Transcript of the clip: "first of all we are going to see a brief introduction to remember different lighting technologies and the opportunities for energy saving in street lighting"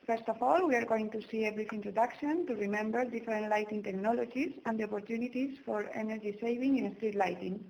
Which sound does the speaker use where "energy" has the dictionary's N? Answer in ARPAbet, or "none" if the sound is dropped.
N